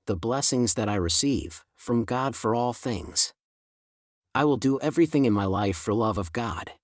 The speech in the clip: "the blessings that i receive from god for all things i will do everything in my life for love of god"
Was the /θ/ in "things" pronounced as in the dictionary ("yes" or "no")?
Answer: yes